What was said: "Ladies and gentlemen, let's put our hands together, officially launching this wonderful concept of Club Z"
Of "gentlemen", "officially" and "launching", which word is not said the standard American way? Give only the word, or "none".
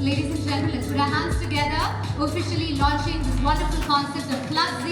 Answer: gentlemen